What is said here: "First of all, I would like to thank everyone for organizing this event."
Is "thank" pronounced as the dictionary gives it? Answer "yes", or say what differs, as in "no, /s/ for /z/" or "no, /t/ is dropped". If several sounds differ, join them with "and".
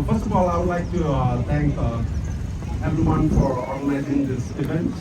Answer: no, /t/ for /θ/